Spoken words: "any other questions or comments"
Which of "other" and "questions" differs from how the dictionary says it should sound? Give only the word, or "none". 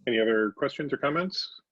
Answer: none